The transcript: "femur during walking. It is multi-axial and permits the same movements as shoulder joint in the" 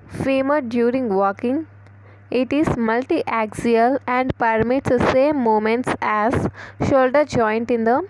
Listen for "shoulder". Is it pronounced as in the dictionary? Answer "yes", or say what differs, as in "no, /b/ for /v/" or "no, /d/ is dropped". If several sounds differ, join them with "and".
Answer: yes